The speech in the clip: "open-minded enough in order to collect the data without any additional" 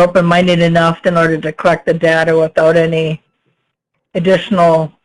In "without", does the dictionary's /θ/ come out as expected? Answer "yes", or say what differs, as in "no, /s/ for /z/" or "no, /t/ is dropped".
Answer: yes